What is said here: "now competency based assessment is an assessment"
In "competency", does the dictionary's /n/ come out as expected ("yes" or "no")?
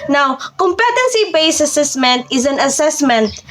yes